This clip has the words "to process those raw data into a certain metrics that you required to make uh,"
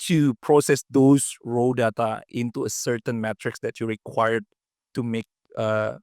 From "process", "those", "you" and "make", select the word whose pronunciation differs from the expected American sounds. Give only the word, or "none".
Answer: those